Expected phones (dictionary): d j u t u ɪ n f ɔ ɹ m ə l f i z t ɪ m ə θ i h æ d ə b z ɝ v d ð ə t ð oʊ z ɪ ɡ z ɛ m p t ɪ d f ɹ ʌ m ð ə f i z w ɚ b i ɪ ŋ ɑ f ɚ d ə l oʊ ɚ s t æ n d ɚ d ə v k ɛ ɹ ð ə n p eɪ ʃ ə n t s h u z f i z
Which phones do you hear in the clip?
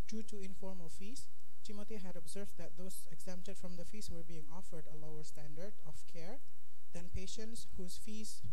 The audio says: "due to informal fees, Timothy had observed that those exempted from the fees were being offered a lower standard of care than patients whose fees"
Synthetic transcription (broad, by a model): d j u t u ɪ n f ɔ ɹ m ə l f i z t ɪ m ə t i h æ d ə b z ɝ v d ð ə t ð oʊ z ɪ ɡ z ɛ m p t ɪ d f ɹ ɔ m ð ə f i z w ɚ b i ɪ ŋ ɑ f ɚ d ə l oʊ ɚ s t æ n d ɚ d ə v k ɛ ɹ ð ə n p eɪ ʃ ə n t s h u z f i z